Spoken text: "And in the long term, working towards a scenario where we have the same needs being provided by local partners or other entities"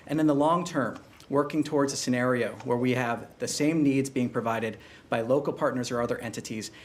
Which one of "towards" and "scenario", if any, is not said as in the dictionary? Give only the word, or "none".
none